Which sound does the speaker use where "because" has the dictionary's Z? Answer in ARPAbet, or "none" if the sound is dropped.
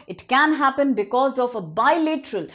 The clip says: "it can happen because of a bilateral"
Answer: Z